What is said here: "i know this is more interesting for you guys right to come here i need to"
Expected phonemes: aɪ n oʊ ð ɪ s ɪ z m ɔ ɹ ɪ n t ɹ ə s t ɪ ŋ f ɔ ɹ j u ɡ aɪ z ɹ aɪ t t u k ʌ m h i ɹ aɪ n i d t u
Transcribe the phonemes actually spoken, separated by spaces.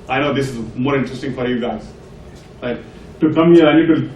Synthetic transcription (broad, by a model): aɪ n oʊ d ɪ s ɪ z m ɔ ɹ ɪ n t ɹ ə s t ɪ ŋ f ɔ ɹ j u ɡ aɪ z l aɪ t t u k ʌ m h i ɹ aɪ n i d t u